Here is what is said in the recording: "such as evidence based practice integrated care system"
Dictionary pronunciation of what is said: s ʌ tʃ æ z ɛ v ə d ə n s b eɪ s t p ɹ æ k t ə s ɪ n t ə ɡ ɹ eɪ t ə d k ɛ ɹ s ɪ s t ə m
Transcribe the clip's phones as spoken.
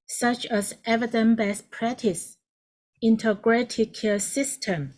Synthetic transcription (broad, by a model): s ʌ tʃ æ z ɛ v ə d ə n b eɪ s p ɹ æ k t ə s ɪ n t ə ɡ ɹ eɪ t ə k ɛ s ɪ s t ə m